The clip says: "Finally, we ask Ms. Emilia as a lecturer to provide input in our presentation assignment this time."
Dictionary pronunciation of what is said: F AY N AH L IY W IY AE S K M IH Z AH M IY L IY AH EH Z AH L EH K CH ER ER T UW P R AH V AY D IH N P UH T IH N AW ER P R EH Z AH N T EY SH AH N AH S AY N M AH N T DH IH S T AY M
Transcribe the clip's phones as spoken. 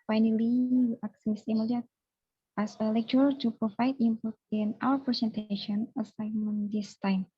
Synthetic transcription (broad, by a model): F AY N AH L IY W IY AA K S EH S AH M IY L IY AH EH S AH L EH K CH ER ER T UW P R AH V AY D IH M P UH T IH N AW ER P R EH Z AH N T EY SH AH N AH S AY M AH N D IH S T AY M